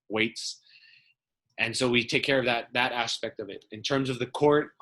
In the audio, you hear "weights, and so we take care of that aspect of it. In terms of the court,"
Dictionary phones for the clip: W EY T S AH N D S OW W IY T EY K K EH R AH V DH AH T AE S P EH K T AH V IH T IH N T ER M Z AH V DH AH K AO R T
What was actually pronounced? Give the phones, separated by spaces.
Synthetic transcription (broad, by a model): W EY T S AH N S OW W IY T EY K K EH R AH V DH AH T AE S P EH K T AH V IH T IH N T ER M Z AH V DH AH K AO R T